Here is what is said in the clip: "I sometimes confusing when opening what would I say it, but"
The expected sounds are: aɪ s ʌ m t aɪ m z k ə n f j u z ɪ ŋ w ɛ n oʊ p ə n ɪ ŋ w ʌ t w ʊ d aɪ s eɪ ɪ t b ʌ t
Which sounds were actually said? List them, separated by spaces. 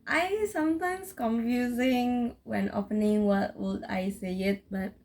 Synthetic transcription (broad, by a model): aɪ s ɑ m t aɪ m s k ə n f j u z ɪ ŋ w ɛ n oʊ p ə n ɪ ŋ w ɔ t w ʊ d aɪ s eɪ ɪ t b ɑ t